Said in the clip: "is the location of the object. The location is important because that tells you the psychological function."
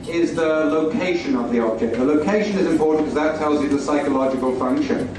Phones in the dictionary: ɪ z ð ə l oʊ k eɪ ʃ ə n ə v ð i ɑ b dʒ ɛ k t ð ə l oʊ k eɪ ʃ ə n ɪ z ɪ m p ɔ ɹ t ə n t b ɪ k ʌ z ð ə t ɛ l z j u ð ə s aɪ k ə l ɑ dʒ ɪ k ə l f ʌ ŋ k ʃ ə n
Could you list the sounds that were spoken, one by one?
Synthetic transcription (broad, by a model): ɪ z ð ə l oʊ k eɪ ʃ ə n ə v ð i ɑ b dʒ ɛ k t ð ə l oʊ k eɪ ʃ ə n ɪ z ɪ m p ɔ ɹ t n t k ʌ z ð ə t ɛ l z j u ð ə s aɪ k ə l ɑ dʒ ɪ k ə l f ʌ ŋ k ʃ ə n